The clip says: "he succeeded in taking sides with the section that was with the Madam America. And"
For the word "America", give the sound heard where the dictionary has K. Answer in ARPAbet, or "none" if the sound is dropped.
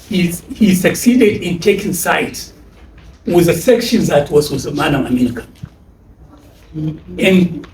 K